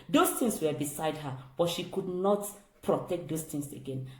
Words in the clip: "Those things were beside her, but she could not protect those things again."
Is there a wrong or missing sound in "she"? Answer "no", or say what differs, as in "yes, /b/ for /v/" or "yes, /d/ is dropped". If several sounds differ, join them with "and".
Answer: no